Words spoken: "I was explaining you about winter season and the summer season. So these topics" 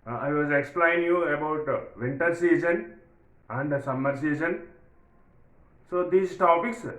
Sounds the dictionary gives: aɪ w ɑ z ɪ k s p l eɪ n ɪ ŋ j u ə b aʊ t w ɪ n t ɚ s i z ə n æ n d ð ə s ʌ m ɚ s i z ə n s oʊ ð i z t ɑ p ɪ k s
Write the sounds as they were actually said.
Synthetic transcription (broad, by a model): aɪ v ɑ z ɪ k s p l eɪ ɪ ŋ j u ə b aʊ t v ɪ n t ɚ s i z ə n æ n d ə s ʌ m ɚ s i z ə n s oʊ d i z t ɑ p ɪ k s